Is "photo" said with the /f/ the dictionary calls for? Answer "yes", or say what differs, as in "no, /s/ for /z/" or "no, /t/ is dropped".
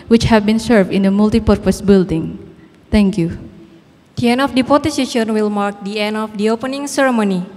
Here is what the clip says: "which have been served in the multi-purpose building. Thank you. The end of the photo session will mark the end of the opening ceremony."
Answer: no, /p/ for /f/